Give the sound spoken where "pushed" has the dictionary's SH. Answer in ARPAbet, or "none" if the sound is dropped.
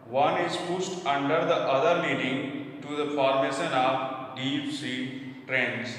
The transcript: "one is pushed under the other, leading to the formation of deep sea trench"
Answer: S